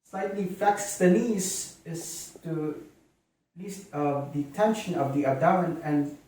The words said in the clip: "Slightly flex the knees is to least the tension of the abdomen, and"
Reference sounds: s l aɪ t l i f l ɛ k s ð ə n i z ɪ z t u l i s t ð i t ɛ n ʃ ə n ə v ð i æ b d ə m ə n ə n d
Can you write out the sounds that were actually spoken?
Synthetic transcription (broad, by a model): s l aɪ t l i f ɛ k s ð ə l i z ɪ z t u l i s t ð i t ɛ n ʃ ə n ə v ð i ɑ d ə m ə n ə n